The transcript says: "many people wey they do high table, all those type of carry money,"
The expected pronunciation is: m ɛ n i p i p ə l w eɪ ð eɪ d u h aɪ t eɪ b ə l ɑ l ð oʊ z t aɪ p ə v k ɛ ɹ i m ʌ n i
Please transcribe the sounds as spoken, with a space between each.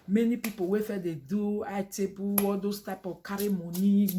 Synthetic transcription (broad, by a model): m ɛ n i p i p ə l w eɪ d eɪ d u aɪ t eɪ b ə w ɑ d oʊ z t aɪ p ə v k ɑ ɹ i m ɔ n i